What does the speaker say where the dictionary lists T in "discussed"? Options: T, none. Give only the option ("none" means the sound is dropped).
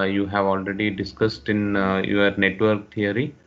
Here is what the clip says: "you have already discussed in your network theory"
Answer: T